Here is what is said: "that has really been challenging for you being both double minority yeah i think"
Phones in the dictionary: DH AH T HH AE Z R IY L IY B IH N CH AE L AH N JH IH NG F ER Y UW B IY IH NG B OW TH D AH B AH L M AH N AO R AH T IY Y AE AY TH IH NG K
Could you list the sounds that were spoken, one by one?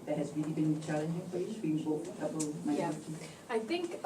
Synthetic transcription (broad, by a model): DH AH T HH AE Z R IY L IY B IH N CH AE L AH N JH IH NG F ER Y UW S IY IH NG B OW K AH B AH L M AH IH AH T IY AY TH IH NG K